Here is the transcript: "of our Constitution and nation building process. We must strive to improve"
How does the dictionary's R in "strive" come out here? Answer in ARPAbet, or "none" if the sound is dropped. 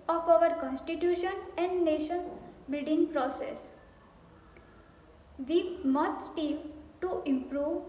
none